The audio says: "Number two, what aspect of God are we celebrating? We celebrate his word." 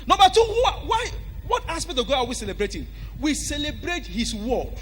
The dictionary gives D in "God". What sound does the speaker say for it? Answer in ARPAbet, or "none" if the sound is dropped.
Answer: none